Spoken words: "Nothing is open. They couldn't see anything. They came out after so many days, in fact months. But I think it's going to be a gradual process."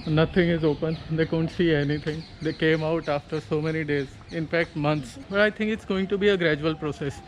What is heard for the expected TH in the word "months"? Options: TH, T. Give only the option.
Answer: T